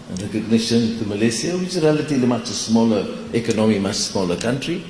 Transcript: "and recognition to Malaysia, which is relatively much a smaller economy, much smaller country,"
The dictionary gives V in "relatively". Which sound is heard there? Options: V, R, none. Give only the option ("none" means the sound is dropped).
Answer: none